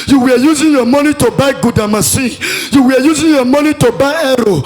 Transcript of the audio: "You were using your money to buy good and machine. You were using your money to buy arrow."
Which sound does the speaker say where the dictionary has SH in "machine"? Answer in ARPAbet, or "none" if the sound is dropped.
S